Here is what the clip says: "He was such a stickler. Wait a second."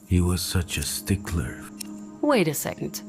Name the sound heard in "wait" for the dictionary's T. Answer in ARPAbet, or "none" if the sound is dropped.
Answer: T